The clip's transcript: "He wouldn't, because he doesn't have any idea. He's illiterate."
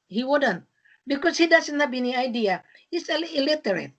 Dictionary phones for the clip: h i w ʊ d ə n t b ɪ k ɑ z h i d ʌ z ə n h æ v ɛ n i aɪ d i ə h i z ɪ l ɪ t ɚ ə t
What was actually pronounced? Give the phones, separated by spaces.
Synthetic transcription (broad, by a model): h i w ʊ d ə n t b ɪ k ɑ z h i d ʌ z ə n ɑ b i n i aɪ d i ə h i s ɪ l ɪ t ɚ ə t